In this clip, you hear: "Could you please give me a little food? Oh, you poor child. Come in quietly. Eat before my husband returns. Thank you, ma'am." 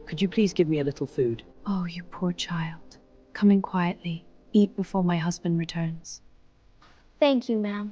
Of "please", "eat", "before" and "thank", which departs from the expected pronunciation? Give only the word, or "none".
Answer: none